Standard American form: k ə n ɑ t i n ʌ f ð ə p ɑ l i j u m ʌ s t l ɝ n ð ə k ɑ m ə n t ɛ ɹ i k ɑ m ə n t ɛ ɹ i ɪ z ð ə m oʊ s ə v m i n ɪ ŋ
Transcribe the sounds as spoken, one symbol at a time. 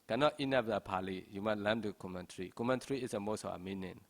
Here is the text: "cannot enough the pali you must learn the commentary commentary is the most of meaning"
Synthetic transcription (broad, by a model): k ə n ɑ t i n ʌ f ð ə p ɑ l i j u m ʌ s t l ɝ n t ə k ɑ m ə n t ɹ i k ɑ m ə n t ɹ i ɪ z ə m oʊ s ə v m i n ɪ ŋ